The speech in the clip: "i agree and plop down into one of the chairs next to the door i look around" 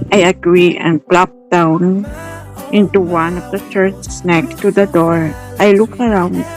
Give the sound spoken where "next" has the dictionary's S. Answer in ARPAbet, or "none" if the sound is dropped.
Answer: none